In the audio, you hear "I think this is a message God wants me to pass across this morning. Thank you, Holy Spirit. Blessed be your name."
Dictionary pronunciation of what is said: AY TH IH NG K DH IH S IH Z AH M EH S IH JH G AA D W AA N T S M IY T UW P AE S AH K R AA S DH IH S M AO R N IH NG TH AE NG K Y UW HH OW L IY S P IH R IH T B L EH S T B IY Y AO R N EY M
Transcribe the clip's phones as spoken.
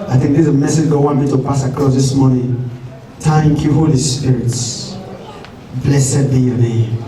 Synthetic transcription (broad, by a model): AY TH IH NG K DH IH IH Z AH M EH S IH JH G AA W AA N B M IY T UW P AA S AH K L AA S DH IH S M AO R N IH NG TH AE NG K Y UW HH OW L IY S P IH R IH T B L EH S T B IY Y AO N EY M